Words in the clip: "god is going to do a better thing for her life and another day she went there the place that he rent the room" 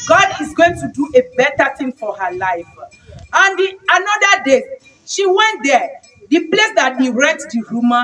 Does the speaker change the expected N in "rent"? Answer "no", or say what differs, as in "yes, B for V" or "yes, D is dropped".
yes, N is dropped